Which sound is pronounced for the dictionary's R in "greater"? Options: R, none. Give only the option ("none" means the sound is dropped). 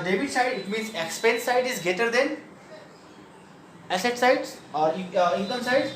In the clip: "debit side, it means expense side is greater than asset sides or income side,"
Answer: none